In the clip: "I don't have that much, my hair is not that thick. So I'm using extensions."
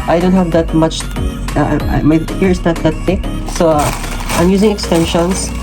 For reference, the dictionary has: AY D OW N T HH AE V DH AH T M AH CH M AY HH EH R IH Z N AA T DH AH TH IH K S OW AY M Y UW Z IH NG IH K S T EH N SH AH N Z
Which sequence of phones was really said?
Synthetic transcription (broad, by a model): AY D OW N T HH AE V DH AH T M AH CH M AY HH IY R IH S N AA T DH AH T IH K S OW AY M Y UW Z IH NG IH K S T EH N SH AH N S